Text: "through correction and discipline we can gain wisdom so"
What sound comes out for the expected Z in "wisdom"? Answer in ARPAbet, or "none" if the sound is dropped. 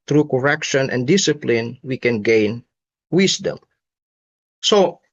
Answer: S